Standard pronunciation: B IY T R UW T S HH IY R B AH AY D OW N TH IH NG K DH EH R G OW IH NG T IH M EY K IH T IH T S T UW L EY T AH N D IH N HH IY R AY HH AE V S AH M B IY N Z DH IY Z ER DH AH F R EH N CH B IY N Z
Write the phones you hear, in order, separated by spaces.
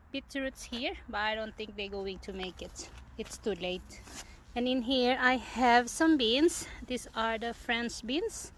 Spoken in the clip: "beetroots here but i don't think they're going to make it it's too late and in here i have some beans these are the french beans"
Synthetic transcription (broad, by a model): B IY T R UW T S HH IY R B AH AY D OW N TH IH NG K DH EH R G OW IH NG T IH M EY K IH T IH T S T UW L EY T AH N IH N HH IY R AY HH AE V S AH M B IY N S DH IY S ER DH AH F R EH N S B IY N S